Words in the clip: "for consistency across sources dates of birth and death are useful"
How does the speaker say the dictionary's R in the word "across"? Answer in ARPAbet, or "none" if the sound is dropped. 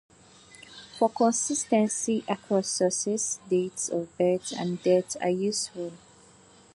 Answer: none